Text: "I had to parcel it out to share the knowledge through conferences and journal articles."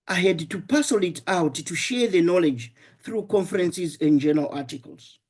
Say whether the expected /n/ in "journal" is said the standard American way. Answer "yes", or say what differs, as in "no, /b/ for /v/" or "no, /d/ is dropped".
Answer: no, /n/ is dropped